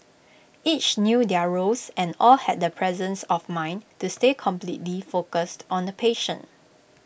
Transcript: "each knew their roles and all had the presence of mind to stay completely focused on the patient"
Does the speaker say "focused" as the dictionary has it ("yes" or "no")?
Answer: yes